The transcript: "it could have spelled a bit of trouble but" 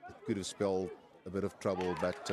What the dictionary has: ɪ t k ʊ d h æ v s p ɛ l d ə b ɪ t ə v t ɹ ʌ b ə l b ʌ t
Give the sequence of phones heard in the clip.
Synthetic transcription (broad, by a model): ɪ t k ʊ d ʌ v s p ɛ l d ə b ɪ t ə v t ɹ ʌ b ə l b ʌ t